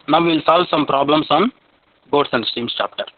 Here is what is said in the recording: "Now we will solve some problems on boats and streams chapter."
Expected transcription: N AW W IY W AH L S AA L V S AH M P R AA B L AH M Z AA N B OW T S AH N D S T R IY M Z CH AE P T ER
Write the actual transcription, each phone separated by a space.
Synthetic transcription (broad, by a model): N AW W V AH L S AA L V S AH M P R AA B L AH M S AA N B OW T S AH N D S T IY M S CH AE P T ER